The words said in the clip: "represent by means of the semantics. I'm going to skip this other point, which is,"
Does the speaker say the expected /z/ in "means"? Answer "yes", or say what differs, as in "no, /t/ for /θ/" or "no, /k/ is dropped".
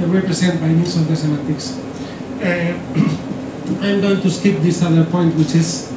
no, /s/ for /z/